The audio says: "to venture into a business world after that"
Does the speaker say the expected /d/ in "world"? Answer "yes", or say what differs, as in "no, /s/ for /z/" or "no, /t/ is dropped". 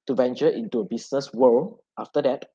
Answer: no, /d/ is dropped